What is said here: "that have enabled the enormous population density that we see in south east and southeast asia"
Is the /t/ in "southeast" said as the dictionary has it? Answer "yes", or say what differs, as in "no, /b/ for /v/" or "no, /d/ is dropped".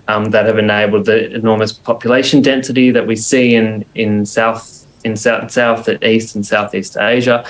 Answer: yes